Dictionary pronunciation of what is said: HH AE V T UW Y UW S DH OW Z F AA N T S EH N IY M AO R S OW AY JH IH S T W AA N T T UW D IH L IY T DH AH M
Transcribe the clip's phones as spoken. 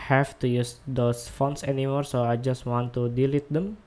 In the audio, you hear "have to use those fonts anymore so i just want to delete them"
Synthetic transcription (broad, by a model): HH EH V T UW Y UW S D OW S F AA N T S EH N IY M AO R S OW AY JH IH S T W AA N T T UW D IH L IY T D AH M